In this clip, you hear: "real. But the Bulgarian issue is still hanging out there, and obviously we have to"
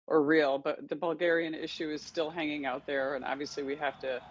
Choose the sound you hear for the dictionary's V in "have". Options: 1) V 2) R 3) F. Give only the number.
3